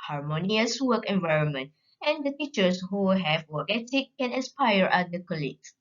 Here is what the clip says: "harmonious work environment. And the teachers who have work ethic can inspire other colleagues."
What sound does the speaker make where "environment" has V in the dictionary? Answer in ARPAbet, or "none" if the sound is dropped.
V